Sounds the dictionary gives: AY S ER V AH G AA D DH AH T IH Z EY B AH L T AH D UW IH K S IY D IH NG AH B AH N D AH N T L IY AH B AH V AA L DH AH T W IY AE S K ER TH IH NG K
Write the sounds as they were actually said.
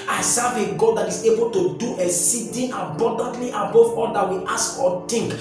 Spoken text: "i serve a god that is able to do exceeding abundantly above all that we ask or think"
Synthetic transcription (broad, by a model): AY S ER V AH G AA D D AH T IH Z EY B AH L T AH D UW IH S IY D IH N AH B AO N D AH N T L IY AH B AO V AA L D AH T W IY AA S K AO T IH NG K